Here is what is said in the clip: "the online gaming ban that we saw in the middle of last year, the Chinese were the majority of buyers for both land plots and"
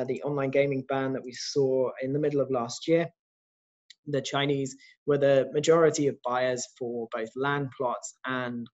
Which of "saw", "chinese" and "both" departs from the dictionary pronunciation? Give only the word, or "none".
none